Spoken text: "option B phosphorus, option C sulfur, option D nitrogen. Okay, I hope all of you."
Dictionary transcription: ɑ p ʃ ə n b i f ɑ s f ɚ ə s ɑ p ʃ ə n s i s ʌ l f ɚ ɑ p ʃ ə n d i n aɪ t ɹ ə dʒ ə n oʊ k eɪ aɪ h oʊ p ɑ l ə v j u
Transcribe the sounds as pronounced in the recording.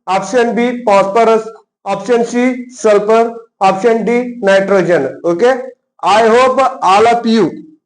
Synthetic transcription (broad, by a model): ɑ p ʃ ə n b i p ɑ s p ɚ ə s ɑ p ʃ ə n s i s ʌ l p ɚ ɑ p ʃ ə n d i n aɪ t ɹ ə dʒ ə n oʊ k eɪ aɪ h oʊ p ɑ l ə p j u